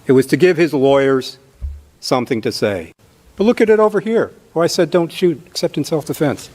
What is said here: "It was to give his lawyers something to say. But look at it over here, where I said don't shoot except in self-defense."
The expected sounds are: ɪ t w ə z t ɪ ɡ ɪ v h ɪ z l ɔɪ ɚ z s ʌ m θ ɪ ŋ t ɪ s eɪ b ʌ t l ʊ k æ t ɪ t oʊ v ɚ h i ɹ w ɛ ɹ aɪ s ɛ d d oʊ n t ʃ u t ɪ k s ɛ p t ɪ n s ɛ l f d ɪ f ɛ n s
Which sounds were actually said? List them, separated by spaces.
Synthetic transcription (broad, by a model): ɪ t w ə z t ɪ ɡ ɪ v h ɪ z l ɔɪ ɚ z s ʌ m θ ɪ ŋ t ɪ s eɪ b ʌ t l ʊ k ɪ t ɪ t oʊ v ɚ h i ɹ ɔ aɪ s ɛ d d oʊ n t ʃ u t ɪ k s ɛ p t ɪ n s ɛ l f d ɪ f ɛ n s